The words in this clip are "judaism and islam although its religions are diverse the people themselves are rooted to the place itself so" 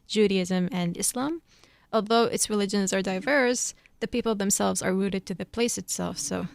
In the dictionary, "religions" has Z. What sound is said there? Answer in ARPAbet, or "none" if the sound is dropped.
Z